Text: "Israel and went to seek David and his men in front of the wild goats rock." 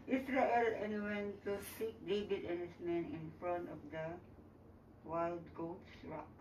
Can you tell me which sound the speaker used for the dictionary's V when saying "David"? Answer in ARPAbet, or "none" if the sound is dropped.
B